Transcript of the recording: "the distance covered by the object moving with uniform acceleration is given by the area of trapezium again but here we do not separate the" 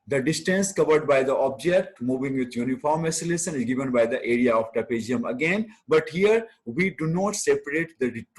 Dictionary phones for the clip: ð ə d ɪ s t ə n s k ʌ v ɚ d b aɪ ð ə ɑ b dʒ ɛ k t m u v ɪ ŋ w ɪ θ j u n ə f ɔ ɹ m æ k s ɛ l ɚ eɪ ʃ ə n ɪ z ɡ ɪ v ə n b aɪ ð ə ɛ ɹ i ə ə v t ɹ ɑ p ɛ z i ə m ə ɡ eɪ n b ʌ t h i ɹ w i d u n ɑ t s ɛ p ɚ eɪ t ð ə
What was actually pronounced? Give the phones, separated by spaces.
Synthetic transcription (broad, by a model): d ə d ɪ s t ə n s k ʌ v ɚ d b aɪ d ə ɑ b dʒ ɛ k t m u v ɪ ŋ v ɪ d j u n ə f ɔ ɹ m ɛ s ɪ l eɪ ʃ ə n ɪ z ɡ ɪ v ə n b aɪ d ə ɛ ɹ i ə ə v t ɑ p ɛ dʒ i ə m ə ɡ eɪ n b ʌ t h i ɹ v i d u n ɑ t s ɛ p ɚ eɪ t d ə